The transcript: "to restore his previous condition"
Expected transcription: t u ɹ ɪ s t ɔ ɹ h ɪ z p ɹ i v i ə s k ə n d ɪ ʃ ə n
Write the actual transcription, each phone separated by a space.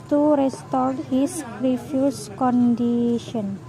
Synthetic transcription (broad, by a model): t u ɹ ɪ s t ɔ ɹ h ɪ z ɹ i f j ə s k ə n d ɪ ʃ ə n